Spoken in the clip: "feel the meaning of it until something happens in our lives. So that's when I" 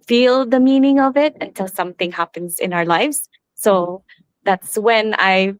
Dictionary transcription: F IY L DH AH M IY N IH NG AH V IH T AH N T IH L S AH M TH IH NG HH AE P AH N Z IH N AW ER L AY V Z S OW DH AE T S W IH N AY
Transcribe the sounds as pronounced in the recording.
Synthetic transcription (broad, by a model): F IY L DH AH M IY N IH NG AH V IH T AH N T IH L S AH M TH IH NG HH AE P AH N Z IH N AW ER L AY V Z S OW DH AE T S W IH N AY